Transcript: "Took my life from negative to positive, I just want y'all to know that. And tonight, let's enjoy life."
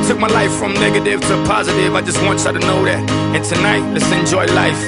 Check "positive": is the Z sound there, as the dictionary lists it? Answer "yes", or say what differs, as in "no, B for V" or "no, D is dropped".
yes